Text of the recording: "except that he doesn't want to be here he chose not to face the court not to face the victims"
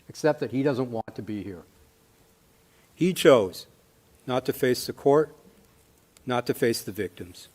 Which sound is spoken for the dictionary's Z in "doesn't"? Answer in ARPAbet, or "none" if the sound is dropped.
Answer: Z